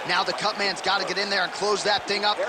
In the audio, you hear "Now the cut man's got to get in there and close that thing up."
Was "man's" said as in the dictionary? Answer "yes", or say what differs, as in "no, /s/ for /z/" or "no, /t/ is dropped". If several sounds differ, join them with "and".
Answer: yes